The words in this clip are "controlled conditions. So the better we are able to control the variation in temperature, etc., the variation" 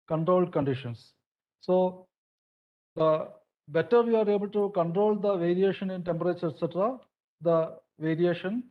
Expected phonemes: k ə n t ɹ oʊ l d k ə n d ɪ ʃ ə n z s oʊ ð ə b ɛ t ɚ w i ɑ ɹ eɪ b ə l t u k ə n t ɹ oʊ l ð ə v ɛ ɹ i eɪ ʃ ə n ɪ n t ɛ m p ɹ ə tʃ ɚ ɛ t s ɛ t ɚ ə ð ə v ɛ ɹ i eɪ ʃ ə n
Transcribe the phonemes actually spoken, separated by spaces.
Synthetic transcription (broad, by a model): k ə n t ɹ oʊ l d k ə n d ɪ ʃ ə n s s oʊ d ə b ɛ t ɚ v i ɑ ɹ eɪ b ə l t u k ə n t ɹ oʊ l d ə v ɛ ɹ i eɪ ʃ ə n ɪ n t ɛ m p ɹ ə tʃ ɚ ɛ t s ɛ t ɚ ə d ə v ɛ ɹ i eɪ ʃ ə n